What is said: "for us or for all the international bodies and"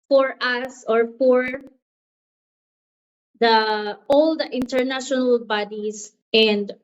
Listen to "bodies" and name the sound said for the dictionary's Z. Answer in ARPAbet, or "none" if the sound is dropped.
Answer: S